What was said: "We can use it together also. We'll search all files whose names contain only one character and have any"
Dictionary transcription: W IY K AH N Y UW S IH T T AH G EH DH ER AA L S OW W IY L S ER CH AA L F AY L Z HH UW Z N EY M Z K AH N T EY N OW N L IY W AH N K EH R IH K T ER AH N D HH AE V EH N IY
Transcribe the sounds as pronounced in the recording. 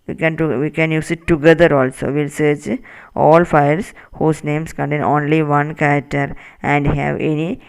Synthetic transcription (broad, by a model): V IY K AH N Y UW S IH T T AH G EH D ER AA L S OW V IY L S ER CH AA L F AY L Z HH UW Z N EY M S K AH N T EY N OW N L IY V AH N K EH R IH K T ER AH N D HH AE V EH N IY